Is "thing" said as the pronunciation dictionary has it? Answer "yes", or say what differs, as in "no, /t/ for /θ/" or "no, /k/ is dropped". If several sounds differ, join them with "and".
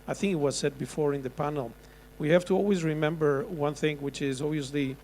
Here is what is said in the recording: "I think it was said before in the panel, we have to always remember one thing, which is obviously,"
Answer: yes